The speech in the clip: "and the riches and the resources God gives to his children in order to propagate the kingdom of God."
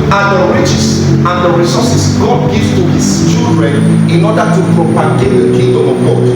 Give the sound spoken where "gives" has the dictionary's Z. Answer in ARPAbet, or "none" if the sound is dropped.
none